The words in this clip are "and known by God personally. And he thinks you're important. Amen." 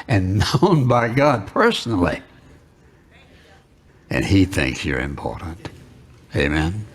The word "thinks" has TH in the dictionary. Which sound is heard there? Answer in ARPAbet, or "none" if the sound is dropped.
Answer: TH